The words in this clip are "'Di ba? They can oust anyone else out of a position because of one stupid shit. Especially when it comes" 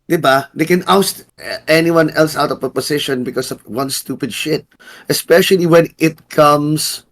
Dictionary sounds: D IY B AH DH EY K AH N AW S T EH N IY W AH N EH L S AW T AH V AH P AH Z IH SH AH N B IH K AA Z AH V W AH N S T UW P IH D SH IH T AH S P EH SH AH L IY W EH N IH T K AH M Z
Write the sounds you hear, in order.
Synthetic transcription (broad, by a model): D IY B AH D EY K AH N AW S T EH N IY W AH N EH L S AW T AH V AH P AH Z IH SH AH N B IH K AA S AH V W AH N S T UW P IH D SH IH T AH S P EH SH AH L IY W EH N IH T K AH M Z